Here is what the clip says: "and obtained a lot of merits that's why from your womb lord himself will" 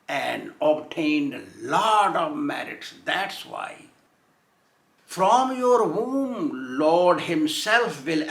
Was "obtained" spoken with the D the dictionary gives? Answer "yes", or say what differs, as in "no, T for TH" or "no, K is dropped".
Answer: yes